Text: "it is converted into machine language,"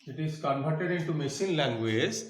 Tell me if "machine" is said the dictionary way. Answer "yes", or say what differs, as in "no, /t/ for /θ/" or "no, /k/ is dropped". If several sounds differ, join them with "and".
no, /s/ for /ʃ/